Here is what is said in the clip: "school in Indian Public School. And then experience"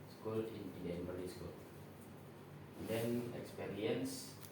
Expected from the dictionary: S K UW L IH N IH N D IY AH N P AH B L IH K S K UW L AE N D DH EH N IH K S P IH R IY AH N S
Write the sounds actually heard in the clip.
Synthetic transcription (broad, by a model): S K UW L IH N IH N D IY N B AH L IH S K UW L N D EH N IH K S P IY R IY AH N S